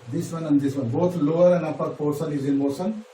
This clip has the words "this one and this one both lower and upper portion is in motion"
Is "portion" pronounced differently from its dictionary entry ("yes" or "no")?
yes